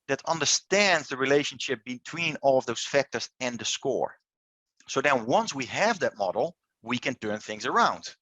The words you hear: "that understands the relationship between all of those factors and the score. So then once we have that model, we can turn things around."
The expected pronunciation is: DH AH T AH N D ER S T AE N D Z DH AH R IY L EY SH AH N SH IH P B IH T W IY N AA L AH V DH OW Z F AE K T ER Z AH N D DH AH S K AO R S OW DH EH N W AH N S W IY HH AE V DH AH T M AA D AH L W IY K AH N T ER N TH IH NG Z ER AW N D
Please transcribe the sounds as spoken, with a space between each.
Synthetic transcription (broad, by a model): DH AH T AH N D ER S T AE N D Z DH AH R IY L EY SH AH N SH IH P B IH T W IY N AA L AH V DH OW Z F AE K T ER Z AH N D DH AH S K AO R S OW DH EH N W AH N S W IY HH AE V DH AH T M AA D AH L W IY K AH N T ER N TH IH NG Z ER AW N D